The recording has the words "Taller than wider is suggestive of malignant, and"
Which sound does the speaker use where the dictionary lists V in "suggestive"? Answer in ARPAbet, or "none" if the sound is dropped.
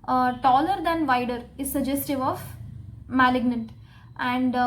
V